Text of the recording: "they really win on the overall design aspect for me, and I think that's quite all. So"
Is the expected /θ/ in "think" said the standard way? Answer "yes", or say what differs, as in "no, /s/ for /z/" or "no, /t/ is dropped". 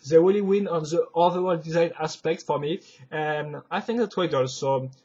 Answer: yes